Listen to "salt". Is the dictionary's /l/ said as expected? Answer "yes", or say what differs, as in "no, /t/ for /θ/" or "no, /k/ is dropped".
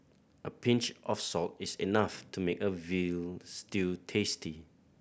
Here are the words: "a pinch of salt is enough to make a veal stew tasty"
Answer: yes